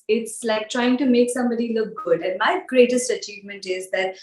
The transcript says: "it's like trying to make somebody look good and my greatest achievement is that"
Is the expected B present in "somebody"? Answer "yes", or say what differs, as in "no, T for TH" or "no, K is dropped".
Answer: yes